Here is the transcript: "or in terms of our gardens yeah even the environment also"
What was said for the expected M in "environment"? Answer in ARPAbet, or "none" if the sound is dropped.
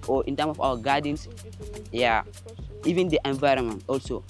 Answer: M